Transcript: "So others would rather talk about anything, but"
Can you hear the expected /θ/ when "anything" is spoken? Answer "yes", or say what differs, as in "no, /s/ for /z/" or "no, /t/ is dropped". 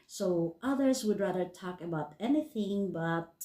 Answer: yes